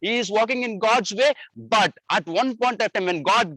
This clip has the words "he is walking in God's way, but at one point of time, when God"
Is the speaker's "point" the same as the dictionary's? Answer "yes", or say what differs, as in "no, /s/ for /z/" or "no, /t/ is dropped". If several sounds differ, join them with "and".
yes